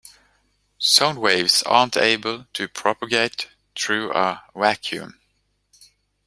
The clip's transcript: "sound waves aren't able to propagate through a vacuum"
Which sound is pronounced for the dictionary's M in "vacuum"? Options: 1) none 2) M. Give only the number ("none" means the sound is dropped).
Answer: 2